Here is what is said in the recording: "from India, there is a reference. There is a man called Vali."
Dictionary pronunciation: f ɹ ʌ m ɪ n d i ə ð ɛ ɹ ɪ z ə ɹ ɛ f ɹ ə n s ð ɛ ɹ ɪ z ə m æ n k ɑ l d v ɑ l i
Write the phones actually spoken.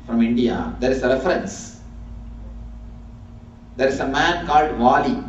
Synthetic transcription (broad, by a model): f ɹ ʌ m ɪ n d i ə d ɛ ɹ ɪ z ə ɹ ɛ f ɹ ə n s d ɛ ɹ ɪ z ə m æ n k ɑ l d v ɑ l i